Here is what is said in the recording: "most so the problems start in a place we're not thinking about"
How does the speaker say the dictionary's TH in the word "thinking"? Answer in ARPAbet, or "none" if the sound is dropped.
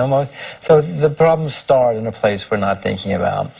TH